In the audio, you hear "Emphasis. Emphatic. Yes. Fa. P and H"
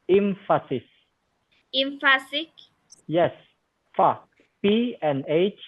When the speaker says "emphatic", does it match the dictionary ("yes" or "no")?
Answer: no